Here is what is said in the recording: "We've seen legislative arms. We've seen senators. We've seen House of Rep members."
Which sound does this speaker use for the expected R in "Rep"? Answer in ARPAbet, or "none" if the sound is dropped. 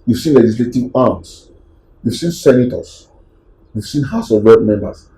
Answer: W